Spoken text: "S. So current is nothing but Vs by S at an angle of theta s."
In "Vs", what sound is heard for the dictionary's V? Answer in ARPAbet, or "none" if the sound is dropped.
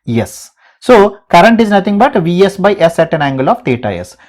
V